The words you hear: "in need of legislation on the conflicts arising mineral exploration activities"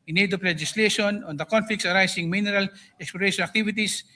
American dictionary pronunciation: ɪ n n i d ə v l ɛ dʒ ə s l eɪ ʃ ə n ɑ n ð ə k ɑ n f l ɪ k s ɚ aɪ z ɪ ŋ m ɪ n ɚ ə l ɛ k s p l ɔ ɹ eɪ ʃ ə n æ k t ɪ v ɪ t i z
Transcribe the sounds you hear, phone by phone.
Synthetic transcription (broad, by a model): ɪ n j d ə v l ɛ dʒ ə s l eɪ ʃ ə n ɑ n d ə k ɑ n f l ɪ k s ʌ aɪ s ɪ ŋ m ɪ n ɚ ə l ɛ k s p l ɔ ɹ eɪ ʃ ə n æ k t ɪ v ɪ t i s